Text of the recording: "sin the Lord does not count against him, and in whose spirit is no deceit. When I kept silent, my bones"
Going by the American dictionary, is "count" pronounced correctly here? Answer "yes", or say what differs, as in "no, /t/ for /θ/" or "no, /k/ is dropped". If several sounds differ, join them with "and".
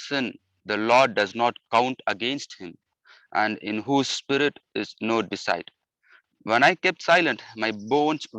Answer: yes